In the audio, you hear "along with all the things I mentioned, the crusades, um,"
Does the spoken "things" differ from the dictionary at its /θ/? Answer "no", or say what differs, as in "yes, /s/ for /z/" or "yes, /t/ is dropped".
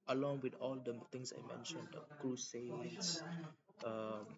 yes, /t/ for /θ/